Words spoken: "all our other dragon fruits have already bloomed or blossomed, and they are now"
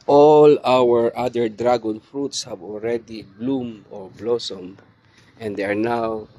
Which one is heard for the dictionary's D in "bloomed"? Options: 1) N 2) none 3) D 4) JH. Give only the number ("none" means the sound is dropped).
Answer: 2